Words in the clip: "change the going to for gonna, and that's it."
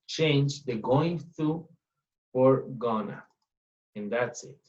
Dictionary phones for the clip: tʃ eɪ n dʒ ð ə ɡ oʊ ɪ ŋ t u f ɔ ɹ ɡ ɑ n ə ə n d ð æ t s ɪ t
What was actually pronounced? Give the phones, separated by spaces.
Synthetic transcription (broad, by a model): tʃ eɪ n dʒ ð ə ɡ oʊ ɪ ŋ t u f ɔ ɹ ɡ ɑ n ə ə n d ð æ t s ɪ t